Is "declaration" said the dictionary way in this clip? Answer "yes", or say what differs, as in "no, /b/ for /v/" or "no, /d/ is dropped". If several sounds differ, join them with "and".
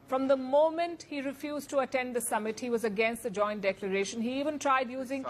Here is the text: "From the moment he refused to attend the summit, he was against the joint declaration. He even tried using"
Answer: yes